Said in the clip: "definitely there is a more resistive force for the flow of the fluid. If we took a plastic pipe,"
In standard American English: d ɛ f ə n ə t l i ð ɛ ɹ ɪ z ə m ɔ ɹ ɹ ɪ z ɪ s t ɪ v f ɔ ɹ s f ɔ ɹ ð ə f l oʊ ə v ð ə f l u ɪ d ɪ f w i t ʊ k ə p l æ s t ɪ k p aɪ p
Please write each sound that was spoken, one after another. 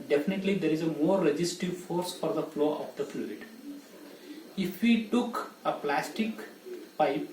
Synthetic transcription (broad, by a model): d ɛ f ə n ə t l i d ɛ ɹ ɪ z ə m ɔ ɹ ɹ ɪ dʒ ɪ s t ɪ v f ɔ ɹ s f ɔ ɹ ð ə f l oʊ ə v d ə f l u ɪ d ɪ f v i t ʊ k ə p l æ s t ɪ k p aɪ p